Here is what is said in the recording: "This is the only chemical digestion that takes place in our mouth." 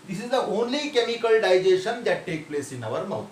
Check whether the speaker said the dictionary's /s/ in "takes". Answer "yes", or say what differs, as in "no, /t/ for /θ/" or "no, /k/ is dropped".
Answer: no, /s/ is dropped